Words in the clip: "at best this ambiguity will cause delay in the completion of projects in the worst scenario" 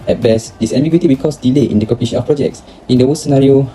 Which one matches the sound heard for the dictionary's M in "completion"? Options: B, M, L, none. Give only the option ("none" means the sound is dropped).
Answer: none